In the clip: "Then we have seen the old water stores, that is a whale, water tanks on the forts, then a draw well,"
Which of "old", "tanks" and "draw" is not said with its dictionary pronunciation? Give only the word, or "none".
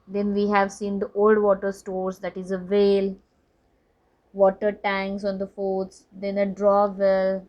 tanks